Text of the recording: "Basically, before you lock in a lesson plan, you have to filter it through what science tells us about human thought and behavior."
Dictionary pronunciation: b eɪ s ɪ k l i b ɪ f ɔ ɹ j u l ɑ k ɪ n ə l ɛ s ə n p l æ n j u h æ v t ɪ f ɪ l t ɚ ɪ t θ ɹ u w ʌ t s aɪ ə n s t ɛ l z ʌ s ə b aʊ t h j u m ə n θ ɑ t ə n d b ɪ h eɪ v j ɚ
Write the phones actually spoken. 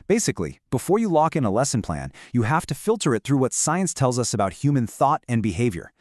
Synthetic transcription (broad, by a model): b eɪ s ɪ k l i b ɪ f ɔ ɹ j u l ɑ k ɪ n ə l ɛ s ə n p l æ n j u h æ f t ɪ f ɪ l t ɚ ɪ t θ ɹ u w ʌ t s aɪ ə n s t ɛ l z ʌ s ə b aʊ t h j u m ə n θ ɑ t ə n b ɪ h eɪ v j ɚ